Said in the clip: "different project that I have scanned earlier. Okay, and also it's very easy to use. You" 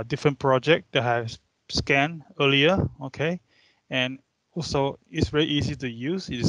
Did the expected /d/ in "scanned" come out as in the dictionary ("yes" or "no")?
no